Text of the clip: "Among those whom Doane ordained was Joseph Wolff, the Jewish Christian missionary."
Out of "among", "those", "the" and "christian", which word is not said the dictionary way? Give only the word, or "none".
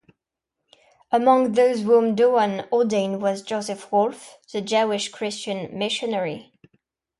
none